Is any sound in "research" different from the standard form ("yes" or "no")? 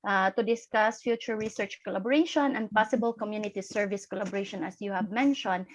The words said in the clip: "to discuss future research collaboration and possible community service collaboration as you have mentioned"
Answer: no